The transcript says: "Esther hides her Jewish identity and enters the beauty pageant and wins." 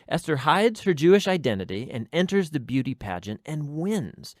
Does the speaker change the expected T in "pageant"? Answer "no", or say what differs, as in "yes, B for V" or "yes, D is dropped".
no